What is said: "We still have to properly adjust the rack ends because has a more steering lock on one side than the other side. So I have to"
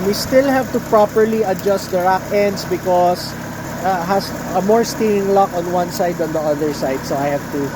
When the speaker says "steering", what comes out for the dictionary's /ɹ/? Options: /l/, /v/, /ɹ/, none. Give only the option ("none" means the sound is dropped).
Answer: none